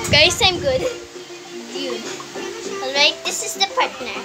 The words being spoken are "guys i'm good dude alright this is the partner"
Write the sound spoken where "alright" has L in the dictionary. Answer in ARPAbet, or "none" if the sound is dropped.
L